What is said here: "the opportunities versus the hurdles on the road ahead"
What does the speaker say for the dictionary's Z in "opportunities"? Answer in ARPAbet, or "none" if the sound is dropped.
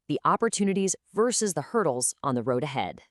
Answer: Z